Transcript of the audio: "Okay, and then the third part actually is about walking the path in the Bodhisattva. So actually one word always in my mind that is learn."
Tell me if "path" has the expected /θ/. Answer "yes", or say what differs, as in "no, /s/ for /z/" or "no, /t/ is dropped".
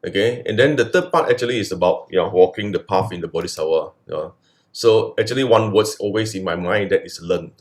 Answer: no, /f/ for /θ/